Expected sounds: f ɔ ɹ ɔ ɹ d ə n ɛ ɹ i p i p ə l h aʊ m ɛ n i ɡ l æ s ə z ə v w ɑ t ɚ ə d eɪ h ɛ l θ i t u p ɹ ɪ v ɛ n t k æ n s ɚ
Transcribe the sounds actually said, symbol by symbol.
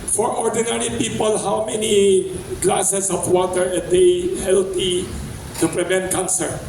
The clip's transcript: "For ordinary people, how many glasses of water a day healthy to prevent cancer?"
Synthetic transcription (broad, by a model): f ɔ ɹ ɔ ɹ d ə n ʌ ɹ i p i p ə l h aʊ m ɛ n i ɡ l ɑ s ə s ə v w ɑ t ɚ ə d eɪ h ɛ l t i t u p ɹ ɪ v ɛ n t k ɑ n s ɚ